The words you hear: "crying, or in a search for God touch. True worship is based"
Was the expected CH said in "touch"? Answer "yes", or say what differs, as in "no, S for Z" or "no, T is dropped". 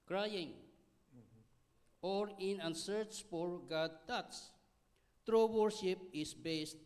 no, S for CH